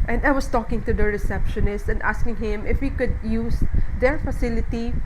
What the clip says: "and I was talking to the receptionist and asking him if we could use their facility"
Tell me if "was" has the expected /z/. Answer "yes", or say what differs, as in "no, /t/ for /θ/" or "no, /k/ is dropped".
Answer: no, /s/ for /z/